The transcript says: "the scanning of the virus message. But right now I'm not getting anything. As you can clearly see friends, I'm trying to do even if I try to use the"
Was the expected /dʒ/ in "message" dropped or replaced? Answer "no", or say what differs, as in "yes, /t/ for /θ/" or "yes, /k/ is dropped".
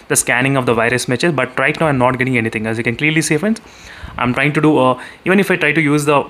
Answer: yes, /z/ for /dʒ/